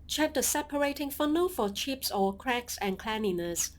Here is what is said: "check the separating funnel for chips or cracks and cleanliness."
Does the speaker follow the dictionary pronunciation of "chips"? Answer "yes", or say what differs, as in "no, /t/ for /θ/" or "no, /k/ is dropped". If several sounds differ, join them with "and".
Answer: yes